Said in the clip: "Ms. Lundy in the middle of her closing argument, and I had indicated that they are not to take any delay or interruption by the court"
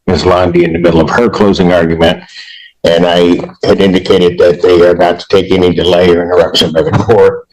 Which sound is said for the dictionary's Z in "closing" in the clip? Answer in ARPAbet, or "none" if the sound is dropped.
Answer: Z